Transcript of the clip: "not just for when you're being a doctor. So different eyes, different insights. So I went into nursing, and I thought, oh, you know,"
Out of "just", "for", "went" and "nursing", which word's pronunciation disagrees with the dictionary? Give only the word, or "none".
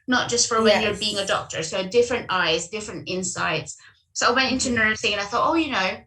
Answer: nursing